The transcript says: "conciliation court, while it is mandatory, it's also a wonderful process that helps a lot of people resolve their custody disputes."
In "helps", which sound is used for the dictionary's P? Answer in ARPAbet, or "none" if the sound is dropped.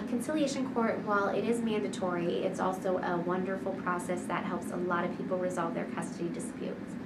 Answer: P